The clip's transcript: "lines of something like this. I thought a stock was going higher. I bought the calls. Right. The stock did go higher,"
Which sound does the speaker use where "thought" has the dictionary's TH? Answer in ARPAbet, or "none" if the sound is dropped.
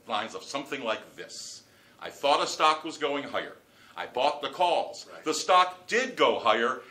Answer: TH